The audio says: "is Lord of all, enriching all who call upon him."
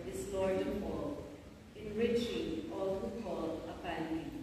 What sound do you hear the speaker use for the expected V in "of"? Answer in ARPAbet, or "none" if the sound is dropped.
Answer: P